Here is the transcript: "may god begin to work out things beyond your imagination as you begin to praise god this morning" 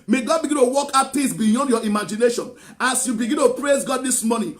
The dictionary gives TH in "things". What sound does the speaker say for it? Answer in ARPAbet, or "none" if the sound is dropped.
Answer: T